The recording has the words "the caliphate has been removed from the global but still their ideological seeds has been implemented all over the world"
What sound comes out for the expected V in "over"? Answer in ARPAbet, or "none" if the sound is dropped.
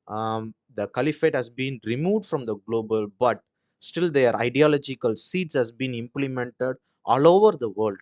V